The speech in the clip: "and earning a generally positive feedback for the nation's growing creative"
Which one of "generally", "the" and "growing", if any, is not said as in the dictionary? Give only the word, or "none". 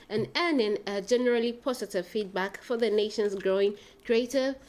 none